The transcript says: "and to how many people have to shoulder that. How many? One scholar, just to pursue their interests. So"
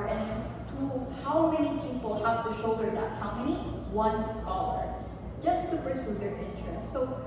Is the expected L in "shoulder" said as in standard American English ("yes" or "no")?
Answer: no